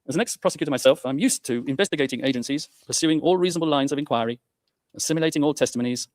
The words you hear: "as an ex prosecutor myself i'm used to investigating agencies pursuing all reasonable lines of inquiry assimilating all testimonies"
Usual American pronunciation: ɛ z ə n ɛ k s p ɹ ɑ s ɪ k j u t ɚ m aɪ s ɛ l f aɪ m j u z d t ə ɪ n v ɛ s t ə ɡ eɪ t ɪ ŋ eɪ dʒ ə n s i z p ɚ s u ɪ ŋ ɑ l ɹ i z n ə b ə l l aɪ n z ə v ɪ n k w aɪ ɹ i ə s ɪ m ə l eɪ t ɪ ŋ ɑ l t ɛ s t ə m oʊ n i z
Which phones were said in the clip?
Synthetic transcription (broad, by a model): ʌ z ə n ɛ k s p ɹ ɑ s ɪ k j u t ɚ m aɪ s ɛ l f aɪ m j u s t ə ɪ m v ɛ s t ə ɡ eɪ t ɪ ŋ eɪ dʒ ə n s i z p ɚ s u ɪ ŋ ɑ l ɹ i z n ə b ə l l aɪ n z ə v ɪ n k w aɪ ɹ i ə s ɪ m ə l eɪ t ɪ ŋ ɑ l t ɛ s t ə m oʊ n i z